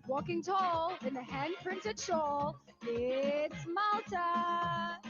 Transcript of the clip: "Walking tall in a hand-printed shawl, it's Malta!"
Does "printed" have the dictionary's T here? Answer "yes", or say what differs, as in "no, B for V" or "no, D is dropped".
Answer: yes